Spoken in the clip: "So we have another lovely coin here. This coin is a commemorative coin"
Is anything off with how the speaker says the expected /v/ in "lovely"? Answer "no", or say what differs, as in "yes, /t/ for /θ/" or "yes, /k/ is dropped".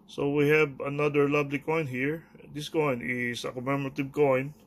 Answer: yes, /b/ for /v/